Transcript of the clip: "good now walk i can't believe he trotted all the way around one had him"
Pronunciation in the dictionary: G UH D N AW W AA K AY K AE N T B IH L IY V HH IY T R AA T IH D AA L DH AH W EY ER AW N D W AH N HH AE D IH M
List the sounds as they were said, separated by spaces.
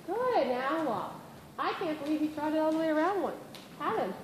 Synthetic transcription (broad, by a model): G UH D N AW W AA AY K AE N B IH L IY V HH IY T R AA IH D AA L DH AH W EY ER AW N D W AH N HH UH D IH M